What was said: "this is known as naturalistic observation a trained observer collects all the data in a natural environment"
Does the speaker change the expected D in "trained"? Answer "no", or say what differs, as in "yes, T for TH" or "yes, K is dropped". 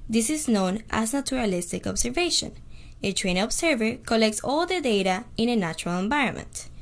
yes, D is dropped